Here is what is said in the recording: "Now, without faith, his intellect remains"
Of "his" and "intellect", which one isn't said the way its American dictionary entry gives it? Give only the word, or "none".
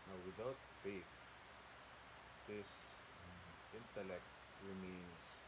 his